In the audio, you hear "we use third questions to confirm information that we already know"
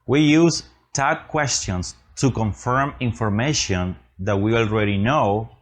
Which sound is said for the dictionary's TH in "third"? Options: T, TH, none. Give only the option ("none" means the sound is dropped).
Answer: T